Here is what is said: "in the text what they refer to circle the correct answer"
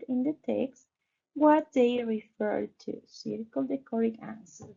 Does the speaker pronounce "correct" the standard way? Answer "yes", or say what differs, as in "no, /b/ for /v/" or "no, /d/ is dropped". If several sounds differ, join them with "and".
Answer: no, /t/ is dropped